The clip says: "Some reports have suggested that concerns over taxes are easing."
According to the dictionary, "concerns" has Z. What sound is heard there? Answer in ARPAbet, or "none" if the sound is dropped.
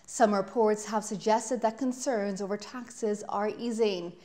Z